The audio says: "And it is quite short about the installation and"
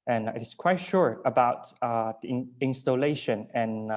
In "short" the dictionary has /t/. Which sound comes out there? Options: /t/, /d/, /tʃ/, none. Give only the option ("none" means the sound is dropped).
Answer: none